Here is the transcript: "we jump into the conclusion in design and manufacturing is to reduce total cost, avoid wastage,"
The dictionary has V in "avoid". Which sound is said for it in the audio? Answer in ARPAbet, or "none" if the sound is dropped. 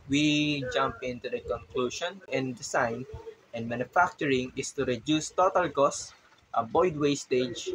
B